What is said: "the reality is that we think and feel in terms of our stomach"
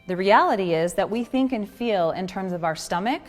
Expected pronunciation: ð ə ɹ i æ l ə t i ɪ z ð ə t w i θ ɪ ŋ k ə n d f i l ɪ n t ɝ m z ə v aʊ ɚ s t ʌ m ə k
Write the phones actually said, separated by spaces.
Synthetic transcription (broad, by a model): ð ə ɹ i æ l ə t i ɪ z ð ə t w i θ ɪ ŋ k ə n f i l ɪ n t ɝ m z ə v aʊ ɚ s t ʌ m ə k